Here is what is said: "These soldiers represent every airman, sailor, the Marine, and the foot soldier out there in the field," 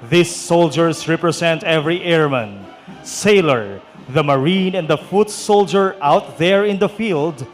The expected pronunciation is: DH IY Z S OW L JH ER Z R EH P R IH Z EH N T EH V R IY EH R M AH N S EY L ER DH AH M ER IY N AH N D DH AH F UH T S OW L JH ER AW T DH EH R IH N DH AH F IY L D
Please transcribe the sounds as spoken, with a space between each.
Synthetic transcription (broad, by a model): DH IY S OW L JH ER S R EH P R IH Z EH N T EH V R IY EH R M AH N S EY L ER DH AH M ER IY N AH N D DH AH F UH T S OW L JH ER AW T DH EH R IH N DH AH F IY L D